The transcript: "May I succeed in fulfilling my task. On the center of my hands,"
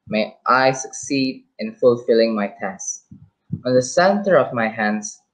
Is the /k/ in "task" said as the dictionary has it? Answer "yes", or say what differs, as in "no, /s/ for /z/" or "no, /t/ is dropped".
no, /k/ is dropped